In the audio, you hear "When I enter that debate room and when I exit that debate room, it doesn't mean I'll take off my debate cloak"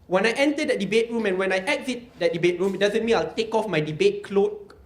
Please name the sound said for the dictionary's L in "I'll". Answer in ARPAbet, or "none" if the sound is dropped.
L